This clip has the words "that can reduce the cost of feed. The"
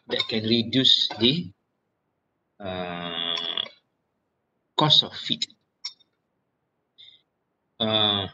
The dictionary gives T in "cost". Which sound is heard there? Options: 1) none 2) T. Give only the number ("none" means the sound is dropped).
1